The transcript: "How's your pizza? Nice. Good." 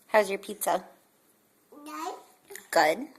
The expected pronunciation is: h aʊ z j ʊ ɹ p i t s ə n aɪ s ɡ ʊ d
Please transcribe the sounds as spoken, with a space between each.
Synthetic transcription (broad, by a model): h aʊ z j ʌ ɹ p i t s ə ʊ ɡ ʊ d